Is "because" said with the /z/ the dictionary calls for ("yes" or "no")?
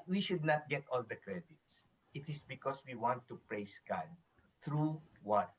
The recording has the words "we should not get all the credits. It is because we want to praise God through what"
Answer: no